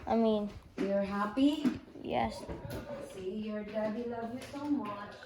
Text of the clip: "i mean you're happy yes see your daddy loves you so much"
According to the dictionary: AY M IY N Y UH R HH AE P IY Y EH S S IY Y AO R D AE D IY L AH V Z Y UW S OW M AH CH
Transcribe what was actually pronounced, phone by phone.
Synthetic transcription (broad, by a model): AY M IY N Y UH R HH AE P IY Y EH S S IY Y AO R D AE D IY L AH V Y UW S OW M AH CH